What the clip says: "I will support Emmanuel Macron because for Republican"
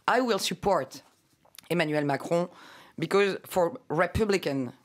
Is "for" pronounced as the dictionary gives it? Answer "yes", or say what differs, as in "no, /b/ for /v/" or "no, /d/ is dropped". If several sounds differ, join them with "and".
yes